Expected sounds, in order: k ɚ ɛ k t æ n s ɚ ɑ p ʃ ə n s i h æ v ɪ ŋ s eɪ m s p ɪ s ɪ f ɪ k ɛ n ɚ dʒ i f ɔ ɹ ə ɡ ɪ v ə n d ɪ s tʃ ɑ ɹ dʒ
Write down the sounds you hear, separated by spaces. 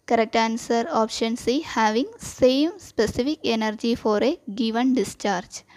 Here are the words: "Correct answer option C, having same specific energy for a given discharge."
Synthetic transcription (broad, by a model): k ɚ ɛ k t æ n s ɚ ɑ p ʃ ə n s i h æ v ɪ ŋ s eɪ m s p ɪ s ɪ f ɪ k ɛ n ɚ dʒ i f ɔ ɹ ə ɡ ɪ v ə n d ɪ s tʃ ɑ ɹ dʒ